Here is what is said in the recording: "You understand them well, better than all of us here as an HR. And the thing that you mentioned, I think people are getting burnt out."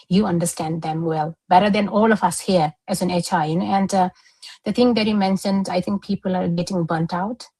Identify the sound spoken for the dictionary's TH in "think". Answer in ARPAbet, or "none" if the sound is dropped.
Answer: T